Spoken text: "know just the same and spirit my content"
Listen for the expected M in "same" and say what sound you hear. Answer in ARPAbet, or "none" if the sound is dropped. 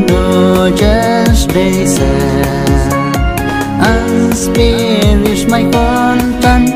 none